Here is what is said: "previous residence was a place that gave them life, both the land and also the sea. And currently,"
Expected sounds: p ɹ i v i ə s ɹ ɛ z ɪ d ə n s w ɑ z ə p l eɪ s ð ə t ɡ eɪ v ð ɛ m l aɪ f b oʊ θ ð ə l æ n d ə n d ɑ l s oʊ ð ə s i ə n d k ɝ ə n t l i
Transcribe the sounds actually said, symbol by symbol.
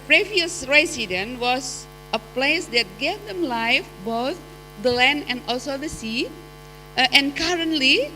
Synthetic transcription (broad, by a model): p ɹ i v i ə s ɹ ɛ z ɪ d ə n w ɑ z ə p l eɪ s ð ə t ɡ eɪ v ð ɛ m l aɪ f b oʊ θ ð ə l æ n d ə n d ɑ l s oʊ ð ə s i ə n k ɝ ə n t l i